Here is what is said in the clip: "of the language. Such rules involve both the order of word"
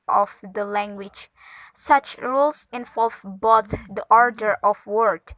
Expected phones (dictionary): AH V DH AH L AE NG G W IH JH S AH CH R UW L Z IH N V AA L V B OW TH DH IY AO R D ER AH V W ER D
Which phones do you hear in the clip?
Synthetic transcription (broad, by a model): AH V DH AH L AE NG G W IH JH S AH CH R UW L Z IH N V AA L V B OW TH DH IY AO R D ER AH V W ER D